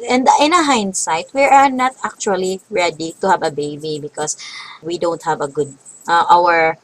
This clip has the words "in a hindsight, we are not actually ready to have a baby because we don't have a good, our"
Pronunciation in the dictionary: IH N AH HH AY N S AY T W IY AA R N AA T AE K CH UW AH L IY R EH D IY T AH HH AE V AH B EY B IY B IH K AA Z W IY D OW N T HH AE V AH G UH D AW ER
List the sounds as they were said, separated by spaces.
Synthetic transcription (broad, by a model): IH N AH HH AY N S AY T W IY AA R N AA T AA K CH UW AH L IY R EH D IY T AH HH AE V AH B EY B IY B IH K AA S W IY D OW N T HH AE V AH G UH D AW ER